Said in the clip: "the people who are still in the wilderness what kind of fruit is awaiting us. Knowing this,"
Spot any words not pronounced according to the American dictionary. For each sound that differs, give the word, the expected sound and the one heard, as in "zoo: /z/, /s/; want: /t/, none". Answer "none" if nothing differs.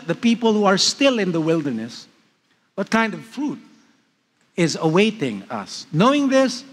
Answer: none